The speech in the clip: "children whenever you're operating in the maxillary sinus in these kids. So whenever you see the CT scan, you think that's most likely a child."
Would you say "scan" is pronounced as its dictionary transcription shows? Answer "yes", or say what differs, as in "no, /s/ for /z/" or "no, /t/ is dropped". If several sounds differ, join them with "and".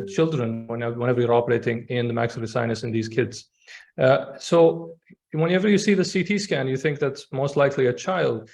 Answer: yes